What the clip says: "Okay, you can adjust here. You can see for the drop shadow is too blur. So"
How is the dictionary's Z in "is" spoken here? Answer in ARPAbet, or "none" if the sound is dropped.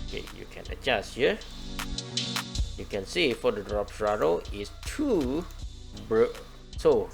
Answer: S